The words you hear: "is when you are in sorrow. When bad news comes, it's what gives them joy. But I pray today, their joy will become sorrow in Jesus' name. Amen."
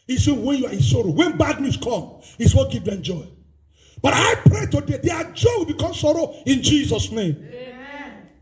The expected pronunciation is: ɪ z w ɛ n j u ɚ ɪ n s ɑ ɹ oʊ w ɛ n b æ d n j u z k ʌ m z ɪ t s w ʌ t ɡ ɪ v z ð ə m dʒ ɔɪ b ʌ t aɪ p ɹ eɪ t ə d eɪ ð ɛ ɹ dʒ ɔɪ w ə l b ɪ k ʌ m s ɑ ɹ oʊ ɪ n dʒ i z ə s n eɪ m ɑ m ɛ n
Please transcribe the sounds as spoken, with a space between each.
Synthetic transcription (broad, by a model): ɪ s w ɛ n j u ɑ ɪ n s ɑ ɹ oʊ w ɛ n b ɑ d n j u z k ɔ m ɪ t s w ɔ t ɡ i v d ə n dʒ ɔɪ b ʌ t aɪ p ɹ eɪ t ə d eɪ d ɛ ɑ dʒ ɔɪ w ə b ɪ k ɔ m s ɑ ɹ oʊ ɪ n dʒ i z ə s n eɪ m m